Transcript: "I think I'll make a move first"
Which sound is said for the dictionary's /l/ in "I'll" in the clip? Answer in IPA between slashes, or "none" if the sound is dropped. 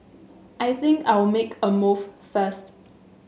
/w/